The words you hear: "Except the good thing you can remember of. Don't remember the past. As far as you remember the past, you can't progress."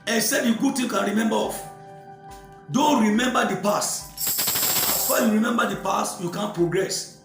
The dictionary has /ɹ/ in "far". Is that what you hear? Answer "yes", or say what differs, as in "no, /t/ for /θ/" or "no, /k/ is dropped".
no, /w/ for /ɹ/